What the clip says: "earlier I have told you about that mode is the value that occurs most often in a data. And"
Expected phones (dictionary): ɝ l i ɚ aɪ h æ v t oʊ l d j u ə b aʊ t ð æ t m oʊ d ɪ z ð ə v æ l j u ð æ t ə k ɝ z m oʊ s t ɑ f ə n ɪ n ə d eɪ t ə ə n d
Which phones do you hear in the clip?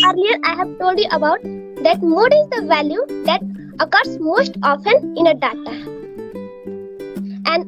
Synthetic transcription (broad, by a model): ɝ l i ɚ aɪ h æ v t oʊ l d j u ə b aʊ t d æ t m oʊ d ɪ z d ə v æ l j u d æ t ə k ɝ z m oʊ s t ɑ f ə n ɪ n ə d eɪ t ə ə n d